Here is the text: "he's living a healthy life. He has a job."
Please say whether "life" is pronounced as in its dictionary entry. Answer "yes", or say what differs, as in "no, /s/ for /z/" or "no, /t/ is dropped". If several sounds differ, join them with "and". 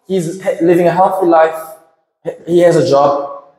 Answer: yes